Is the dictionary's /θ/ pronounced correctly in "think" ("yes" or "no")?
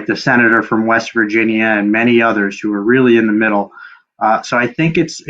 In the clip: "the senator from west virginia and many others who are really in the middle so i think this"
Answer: yes